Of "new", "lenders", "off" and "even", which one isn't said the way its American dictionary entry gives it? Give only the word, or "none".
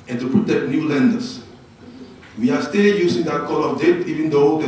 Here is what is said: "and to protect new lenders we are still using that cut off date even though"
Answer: lenders